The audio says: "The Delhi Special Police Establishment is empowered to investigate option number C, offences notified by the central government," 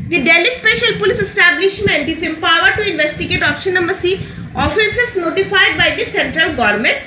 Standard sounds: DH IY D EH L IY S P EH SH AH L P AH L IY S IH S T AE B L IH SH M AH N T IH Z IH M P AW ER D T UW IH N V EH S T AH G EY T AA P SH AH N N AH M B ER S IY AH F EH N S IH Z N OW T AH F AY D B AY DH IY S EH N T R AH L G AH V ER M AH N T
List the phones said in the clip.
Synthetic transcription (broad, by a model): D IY D EH L IY S P EH SH AH L P AH L IY S IH S T AE B L IH SH M AH N T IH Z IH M P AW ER D T UW IH N V EH S T AH G EY T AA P SH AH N N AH M ER S IY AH F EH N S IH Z N OW T AH F AY D B AY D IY S EH N T R AH L G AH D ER M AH N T